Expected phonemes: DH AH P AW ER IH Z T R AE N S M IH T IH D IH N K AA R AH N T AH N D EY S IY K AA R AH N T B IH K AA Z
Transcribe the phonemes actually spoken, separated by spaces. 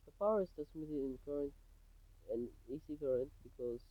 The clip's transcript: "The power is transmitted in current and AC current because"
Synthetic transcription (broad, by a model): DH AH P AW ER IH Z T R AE S M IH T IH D IH N K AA R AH N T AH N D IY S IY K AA R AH N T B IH K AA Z